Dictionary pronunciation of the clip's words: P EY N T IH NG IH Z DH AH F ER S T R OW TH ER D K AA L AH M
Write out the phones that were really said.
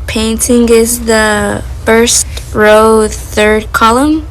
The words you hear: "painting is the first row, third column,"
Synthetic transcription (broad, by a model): P EY N T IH NG IH Z DH AH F ER S T R OW TH ER D K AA L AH M